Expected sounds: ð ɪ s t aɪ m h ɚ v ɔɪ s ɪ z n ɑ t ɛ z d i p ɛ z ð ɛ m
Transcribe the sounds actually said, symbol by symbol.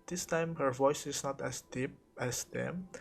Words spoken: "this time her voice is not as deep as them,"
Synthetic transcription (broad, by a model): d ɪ s t aɪ m h ɚ v ɔɪ s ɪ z n ɑ t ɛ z d i p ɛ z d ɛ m